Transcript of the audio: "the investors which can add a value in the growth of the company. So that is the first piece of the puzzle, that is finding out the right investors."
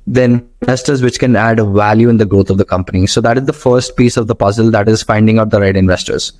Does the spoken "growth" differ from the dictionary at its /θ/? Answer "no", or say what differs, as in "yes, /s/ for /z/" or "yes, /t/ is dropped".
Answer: yes, /t/ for /θ/